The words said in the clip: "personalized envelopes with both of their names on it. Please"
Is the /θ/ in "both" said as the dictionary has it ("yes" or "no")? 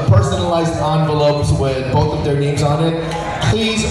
yes